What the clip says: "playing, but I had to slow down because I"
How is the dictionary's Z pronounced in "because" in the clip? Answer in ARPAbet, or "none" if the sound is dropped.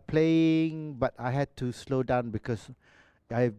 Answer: S